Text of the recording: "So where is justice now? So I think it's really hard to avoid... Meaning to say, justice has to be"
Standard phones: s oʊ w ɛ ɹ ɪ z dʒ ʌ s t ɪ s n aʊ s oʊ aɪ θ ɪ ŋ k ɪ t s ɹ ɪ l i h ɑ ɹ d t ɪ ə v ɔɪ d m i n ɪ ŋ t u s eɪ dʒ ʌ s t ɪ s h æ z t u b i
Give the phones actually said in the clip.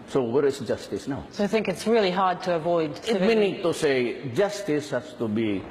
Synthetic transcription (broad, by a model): s oʊ w ɛ ɹ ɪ s dʒ ʌ s t ɪ s n aʊ s oʊ aɪ θ ɪ ŋ k ɪ t s ɹ ɪ l i h ɑ ɹ d t ɪ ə v ɔɪ d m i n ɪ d t u s eɪ dʒ ʌ s t ɪ s h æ s t u b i